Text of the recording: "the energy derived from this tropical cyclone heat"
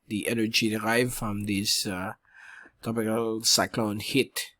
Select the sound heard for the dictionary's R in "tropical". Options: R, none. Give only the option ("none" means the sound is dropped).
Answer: none